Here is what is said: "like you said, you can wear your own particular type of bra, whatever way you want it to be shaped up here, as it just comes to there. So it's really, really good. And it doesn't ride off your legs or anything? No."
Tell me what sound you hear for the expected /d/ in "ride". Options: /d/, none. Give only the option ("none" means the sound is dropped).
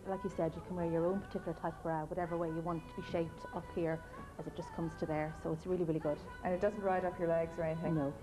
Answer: /d/